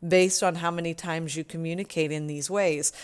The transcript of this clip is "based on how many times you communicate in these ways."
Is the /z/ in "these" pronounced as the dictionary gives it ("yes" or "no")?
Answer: yes